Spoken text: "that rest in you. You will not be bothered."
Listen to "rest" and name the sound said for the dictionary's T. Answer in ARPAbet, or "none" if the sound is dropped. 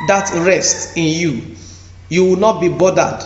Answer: T